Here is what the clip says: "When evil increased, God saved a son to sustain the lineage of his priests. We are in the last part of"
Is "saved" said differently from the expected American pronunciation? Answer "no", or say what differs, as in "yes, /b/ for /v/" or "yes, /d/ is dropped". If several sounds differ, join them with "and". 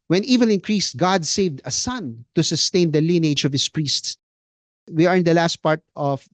no